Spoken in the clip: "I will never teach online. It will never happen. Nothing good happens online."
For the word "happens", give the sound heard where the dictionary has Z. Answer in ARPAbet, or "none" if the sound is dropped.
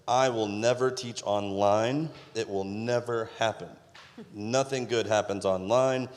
Z